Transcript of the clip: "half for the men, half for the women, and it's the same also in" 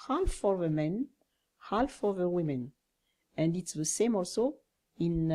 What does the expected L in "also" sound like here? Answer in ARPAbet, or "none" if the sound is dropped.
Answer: L